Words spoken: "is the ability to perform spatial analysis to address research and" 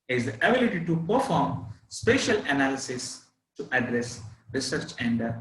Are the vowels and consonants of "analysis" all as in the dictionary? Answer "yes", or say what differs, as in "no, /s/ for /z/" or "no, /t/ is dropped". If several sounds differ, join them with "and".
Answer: yes